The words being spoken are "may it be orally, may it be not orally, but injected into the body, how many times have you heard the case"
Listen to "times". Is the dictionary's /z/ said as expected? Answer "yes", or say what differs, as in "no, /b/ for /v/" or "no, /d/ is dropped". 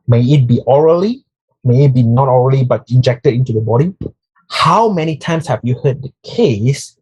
no, /s/ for /z/